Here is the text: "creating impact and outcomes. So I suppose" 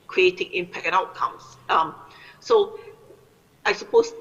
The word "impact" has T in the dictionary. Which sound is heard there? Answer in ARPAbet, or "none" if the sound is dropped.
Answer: none